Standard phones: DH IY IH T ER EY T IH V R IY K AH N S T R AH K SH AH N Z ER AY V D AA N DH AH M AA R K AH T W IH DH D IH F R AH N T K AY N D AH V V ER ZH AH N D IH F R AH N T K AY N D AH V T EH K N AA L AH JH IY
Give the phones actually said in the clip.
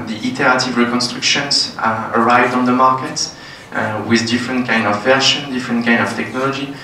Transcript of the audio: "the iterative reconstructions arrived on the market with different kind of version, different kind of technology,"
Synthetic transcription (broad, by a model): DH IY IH T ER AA T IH V R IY K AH N S T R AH K SH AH N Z ER AY V D AA N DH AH M AA R K AH T W IH DH D IH F R AH N T K AY N D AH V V ER SH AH N D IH F R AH N T K AY N D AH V T EH K N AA L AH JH IY